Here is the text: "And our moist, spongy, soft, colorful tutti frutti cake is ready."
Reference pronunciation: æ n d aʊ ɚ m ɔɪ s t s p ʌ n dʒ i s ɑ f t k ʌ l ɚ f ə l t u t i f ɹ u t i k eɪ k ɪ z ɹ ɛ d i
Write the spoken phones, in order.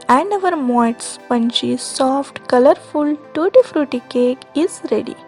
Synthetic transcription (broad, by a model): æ n d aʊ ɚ m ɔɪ t s p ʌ n tʃ i s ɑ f t k ʌ l ɚ f ə l t u t i f ɹ u t i k eɪ k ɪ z ɹ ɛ d i